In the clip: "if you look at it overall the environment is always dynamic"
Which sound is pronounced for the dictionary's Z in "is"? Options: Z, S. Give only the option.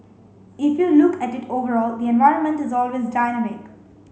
Z